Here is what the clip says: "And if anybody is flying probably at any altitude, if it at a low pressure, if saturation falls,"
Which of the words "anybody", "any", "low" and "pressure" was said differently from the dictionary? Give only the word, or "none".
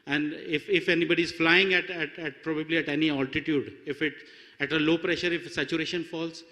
none